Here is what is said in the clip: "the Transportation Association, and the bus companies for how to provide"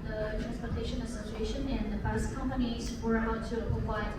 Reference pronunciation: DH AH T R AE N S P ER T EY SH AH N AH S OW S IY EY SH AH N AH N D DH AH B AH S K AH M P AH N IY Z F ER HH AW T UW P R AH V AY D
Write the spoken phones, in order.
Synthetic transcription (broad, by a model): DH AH T R AE N S P ER T EY SH AH N AH S OW S IY EY SH AH N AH N DH AH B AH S K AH M P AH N IY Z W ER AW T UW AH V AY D